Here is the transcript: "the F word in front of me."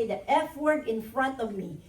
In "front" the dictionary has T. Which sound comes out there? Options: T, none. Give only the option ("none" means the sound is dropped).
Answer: T